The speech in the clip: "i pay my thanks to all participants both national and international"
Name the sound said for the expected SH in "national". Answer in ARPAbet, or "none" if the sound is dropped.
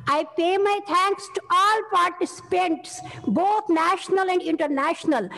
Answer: SH